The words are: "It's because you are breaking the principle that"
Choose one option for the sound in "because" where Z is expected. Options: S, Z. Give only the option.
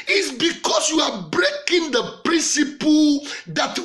S